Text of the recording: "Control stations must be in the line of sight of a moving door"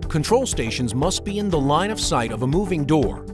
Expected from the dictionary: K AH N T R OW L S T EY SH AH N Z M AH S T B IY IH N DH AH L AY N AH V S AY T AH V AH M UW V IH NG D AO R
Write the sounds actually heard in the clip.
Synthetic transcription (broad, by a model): K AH N T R OW L S T EY SH AH N Z M AH S T B IY IH N DH AH L AY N AH V S AY T AH V AH M UW V IH NG D AO R